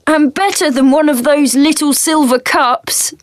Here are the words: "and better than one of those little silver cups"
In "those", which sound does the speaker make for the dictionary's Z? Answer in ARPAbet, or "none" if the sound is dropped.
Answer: Z